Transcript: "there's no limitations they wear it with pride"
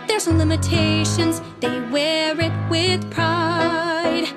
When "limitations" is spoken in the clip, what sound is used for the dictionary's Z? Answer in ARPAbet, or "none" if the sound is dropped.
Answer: Z